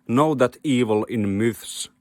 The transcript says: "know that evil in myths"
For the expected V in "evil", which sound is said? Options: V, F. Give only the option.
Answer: V